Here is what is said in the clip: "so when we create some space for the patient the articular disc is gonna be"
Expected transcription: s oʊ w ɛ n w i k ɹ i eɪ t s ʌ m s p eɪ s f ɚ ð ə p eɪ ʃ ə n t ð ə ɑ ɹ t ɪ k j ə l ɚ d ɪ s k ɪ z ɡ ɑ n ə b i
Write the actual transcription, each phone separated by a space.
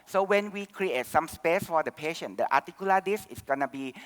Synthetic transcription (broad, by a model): s oʊ w ɛ n w i k ɹ i eɪ t s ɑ m s p eɪ s f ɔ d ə p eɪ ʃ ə n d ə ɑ t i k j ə l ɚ d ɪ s ɪ s ɡ ɑ n ə b i